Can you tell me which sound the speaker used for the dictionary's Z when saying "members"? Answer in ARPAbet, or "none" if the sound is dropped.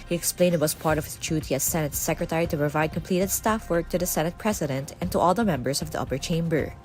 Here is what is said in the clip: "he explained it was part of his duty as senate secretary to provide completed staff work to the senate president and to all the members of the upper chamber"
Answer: S